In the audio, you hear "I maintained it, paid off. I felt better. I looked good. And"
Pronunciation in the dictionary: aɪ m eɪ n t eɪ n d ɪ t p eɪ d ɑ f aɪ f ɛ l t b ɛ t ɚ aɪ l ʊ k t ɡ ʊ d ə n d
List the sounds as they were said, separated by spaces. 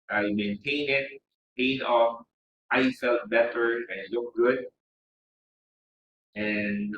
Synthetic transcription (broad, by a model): aɪ m eɪ n t eɪ n ɪ t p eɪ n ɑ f aɪ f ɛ l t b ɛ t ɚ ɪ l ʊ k ɡ ʊ d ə n